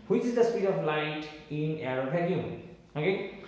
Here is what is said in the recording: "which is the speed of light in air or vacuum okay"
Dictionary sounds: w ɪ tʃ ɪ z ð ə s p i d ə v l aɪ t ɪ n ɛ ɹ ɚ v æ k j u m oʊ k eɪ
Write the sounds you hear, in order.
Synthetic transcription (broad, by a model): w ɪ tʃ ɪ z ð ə s p i d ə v l aɪ t ɪ n ɛ ɹ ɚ b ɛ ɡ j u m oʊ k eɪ